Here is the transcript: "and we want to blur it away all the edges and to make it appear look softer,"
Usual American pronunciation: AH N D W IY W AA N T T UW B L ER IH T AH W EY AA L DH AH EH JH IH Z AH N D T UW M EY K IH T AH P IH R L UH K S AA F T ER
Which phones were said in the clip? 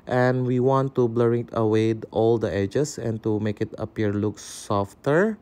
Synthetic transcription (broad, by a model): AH N W IY W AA N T T UW B L ER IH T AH W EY AA L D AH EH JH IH S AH N T UW M EY K IH T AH P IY R L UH K S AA F T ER